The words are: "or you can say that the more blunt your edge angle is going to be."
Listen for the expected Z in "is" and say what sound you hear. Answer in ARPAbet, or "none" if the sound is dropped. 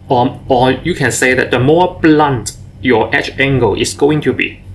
S